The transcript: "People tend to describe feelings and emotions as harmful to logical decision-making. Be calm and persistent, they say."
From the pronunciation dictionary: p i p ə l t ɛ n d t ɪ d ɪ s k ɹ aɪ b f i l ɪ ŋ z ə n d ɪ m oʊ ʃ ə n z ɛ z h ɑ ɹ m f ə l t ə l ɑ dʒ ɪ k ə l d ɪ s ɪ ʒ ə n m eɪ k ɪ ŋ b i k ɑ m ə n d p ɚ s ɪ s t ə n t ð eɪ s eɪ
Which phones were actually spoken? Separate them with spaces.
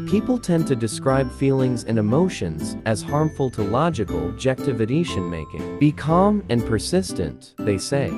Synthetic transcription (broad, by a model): p i p l t ɛ n t ɪ d ɪ s k ɹ aɪ b f i l ɪ ŋ z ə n ɪ m oʊ ʃ ə n z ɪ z h ɑ ɹ m f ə l t ə l ɑ dʒ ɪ k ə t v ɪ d ɪ ʃ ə n m eɪ k ɪ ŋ b i k ɑ m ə n p ɚ s ɪ s t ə n ð eɪ s eɪ